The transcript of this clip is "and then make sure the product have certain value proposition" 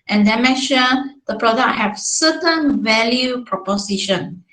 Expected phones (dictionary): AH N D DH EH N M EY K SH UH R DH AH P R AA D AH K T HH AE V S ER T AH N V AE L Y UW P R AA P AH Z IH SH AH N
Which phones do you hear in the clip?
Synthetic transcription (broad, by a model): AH N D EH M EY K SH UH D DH AH P R AA D AH K T HH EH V S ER T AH N V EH L Y UW P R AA P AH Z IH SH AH N